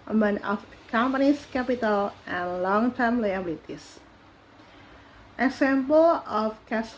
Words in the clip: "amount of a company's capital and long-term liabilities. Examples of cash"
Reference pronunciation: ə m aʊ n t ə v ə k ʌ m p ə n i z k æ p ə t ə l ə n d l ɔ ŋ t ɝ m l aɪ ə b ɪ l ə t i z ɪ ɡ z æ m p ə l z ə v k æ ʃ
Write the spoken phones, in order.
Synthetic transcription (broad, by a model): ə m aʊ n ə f k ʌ m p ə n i s k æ p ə t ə l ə n l ɔ ŋ t ɝ m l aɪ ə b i l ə t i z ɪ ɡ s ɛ m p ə l ə f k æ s